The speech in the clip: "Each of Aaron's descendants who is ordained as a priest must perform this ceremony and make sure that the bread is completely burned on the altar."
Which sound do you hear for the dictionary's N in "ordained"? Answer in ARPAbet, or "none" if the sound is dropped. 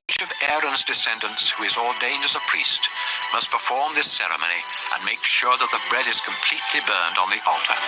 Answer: N